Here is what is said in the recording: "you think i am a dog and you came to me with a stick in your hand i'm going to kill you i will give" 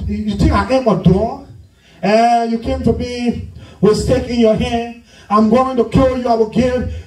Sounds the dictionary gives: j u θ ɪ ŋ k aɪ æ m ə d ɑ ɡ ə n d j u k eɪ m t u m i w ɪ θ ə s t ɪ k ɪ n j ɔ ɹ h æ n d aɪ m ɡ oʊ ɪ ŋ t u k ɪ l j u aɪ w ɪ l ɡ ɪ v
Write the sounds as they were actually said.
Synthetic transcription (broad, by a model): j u t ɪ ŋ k aɪ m ə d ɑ ə j u k eɪ m t u m i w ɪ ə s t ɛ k ɪ n j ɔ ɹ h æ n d aɪ m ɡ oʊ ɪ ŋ t u k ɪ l j u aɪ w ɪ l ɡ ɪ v